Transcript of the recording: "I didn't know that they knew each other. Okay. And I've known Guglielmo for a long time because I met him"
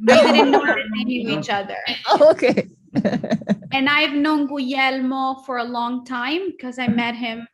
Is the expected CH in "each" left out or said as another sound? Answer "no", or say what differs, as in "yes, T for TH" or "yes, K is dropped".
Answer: no